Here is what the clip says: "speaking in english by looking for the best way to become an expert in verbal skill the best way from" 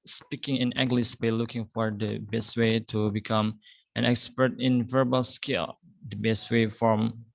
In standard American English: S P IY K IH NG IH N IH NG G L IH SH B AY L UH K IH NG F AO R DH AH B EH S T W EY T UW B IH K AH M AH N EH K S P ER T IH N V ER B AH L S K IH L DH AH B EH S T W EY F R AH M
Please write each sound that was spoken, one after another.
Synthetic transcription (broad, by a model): S P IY K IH NG IH N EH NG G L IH S B AY L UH K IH NG F AO R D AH B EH S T W EY T UW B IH K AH M AH N EH K S P ER T IH N V ER B AH L S K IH L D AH B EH S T W EY F R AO M